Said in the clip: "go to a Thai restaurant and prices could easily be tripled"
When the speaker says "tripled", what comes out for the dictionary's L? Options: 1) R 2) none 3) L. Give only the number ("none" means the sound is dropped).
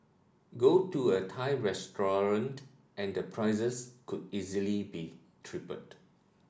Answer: 2